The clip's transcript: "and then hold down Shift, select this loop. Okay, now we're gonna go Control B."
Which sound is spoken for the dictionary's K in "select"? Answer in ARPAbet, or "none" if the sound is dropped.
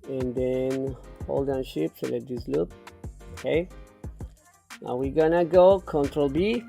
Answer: none